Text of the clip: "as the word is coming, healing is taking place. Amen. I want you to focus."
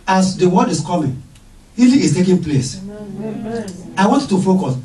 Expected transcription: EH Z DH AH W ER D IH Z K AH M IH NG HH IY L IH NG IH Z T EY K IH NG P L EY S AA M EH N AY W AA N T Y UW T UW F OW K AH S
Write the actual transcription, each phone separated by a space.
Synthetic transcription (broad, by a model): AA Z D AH W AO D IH S K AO M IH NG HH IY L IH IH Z T EY K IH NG P L EY S AA IH W AA N T T UW F OW K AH S